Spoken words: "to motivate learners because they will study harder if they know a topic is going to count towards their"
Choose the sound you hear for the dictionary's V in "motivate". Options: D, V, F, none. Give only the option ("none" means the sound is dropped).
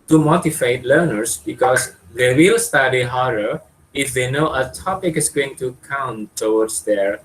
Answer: F